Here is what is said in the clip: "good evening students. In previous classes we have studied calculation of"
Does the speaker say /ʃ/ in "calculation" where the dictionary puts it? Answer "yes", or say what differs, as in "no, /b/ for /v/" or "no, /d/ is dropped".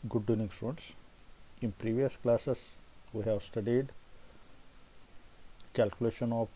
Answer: yes